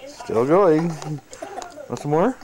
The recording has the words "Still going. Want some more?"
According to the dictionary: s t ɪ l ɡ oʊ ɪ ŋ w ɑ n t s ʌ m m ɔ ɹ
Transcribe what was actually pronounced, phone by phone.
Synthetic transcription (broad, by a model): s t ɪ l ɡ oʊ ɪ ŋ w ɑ t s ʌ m m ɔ ɹ